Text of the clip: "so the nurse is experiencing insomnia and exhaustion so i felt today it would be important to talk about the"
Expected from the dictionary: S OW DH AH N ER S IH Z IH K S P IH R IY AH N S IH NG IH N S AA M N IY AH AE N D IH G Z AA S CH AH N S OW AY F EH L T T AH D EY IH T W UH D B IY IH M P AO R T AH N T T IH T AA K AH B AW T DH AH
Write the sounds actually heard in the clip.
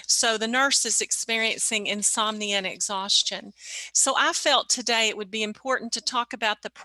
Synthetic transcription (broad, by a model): S OW DH AH N ER S IH Z IH K S P IH R IY AH N S IH NG IH N S AA M N IY AH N IH G Z AA S CH AH N S OW AY F EH L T T AH D EY IH T W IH D B IY IH M P AO R T N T T IH T AA K AH B AW T DH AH